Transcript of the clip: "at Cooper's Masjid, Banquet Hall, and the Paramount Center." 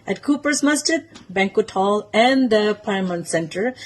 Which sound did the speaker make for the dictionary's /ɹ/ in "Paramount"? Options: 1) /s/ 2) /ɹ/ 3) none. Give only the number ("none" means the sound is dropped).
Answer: 3